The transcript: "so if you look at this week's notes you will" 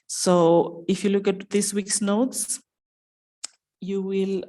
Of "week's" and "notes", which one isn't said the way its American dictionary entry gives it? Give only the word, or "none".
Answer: none